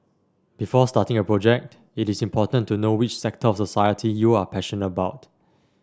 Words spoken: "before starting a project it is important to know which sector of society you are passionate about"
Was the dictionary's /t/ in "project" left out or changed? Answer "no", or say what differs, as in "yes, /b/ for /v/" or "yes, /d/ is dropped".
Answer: no